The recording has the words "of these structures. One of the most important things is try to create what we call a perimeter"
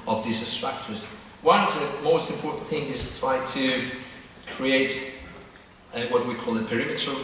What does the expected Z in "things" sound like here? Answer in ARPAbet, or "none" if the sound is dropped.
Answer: none